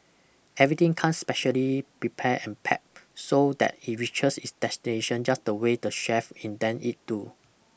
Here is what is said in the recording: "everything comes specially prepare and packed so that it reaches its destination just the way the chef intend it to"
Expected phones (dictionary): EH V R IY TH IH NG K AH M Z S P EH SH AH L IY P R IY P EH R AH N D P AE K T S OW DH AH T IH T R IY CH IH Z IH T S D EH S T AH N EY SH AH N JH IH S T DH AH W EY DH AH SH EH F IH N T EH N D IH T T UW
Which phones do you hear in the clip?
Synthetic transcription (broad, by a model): EH V R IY T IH NG K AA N S P EH SH AH L IY P R IY P EH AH N P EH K S OW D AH T IH T R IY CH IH S IH T S D EH S T AH N EY SH AH N JH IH S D AH W EY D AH SH EH F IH N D EH N IH T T UW